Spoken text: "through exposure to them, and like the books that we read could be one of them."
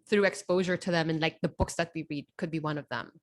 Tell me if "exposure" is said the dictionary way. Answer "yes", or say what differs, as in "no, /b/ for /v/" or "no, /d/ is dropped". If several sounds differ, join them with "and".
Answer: yes